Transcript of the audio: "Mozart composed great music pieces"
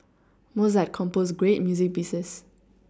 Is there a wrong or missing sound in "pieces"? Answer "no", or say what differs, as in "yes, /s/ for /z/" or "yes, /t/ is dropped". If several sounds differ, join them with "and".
yes, /b/ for /p/ and /s/ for /z/